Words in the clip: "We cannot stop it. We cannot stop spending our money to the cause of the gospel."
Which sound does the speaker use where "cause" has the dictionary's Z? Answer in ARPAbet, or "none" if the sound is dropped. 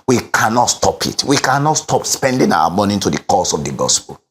S